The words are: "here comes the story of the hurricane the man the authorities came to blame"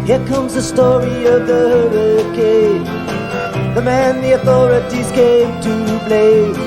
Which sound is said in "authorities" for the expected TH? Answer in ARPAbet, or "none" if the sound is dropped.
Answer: TH